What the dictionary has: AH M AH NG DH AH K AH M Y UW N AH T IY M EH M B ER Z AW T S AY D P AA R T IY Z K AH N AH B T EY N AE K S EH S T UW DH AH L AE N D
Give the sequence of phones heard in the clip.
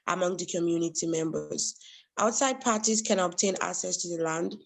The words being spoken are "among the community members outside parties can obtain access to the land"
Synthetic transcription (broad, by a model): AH M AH NG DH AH K AH M Y UW N AH T IY M EH M B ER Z AW T S AY D P AA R T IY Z K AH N AH B T EY N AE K S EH S T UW DH AH L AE N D